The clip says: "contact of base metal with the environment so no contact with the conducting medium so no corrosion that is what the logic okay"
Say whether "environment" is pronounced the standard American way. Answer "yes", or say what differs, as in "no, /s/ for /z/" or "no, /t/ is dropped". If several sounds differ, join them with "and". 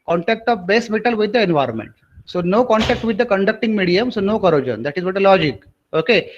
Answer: yes